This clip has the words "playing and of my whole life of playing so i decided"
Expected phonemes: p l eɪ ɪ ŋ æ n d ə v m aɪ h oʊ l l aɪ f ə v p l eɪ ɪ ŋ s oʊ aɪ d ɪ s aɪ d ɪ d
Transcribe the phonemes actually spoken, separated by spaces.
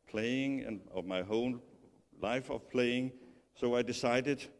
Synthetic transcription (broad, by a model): p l eɪ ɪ ŋ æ n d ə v m aɪ h oʊ n l aɪ f ə v p l eɪ ɪ ŋ s oʊ aɪ d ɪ s aɪ d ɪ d